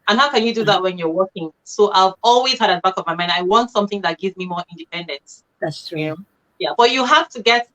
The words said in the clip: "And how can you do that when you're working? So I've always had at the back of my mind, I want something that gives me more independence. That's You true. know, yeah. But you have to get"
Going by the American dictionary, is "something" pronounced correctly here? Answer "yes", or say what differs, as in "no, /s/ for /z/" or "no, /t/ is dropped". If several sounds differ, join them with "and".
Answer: yes